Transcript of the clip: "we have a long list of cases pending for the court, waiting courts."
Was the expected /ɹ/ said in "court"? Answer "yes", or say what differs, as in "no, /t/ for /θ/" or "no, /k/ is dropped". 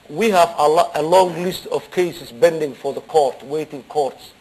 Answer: yes